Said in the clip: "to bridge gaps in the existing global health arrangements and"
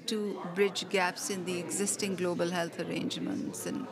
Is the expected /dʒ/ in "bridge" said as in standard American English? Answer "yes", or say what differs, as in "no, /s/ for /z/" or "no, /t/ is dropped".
yes